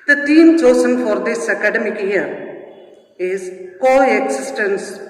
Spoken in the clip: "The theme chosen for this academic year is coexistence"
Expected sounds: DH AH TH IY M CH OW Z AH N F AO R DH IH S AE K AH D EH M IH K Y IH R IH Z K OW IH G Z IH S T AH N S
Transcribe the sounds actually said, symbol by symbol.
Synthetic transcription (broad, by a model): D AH T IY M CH OW S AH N F AO R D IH S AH K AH D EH M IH K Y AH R IH Z K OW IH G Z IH S T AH N S